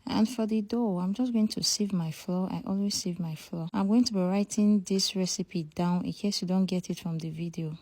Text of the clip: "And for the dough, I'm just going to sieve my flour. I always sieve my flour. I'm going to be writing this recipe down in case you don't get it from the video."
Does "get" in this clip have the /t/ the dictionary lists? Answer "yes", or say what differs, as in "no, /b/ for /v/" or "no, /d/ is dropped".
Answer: yes